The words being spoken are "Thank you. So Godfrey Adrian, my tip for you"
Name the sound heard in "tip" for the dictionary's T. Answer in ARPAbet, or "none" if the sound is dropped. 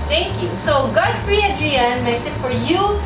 S